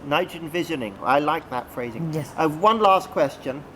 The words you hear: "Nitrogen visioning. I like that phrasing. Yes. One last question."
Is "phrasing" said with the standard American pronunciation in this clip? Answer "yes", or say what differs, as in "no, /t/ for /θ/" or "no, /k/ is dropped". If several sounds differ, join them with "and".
yes